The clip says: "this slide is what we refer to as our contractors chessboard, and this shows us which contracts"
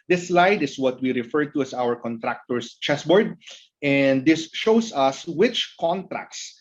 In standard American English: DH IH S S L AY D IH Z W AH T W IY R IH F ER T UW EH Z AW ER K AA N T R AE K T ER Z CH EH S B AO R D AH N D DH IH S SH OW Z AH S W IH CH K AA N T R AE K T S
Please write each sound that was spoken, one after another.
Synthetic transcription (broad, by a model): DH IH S S L AY D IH S W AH T W IY R IH F ER T UW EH S AW ER K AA N T R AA K T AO S CH EH S B AO R D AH N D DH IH S SH OW S AH S W IH CH K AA N T R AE K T S